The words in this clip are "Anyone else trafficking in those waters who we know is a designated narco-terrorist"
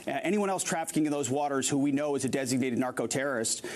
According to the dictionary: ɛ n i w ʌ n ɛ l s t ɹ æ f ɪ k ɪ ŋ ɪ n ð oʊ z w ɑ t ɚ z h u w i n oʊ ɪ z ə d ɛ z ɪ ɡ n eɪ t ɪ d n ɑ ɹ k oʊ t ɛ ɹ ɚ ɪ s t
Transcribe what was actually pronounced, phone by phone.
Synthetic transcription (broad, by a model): ɛ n i w ʌ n ɛ l s t ɹ æ f ɪ k ɪ ŋ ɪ n ð oʊ z w ɑ t ɚ z h u w i n oʊ ɪ z ə d ɛ z ɪ ɡ n eɪ t ɪ d n ɑ ɹ k oʊ t ɛ ɹ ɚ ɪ s t